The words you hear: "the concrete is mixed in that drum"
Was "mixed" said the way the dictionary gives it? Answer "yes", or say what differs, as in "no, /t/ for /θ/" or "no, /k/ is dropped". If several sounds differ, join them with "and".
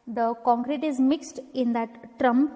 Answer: yes